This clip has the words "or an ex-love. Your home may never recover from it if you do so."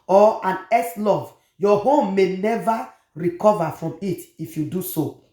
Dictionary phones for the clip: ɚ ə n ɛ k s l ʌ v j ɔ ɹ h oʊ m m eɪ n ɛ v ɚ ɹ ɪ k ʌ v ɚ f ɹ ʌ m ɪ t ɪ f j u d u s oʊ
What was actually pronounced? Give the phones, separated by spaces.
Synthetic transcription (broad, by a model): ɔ ə n ɛ s l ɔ v j ɔ h oʊ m m eɪ n ɛ v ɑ ɹ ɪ k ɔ v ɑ f ɹ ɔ m ɪ t ɪ f j u d u s oʊ